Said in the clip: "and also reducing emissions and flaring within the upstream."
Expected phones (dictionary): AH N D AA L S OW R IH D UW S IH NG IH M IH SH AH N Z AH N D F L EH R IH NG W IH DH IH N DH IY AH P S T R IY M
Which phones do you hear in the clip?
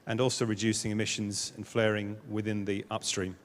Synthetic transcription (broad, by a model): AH N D AA L S OW R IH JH UW S IH NG IH M IH SH AH N Z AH N F L EH R IH NG W IH DH IH N DH IY AH P S T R IY M